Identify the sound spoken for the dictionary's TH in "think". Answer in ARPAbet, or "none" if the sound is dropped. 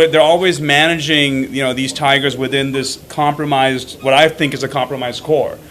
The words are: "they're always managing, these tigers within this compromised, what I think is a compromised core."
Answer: TH